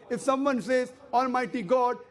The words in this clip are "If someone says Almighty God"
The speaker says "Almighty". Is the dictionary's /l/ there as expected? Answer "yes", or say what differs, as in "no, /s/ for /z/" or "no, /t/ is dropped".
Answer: yes